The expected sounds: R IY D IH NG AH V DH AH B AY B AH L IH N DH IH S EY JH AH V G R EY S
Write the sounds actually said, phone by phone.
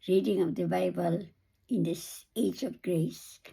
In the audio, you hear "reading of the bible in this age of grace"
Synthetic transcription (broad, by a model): R IY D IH NG AH V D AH B AY B AH L IH N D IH S EY JH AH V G R EY S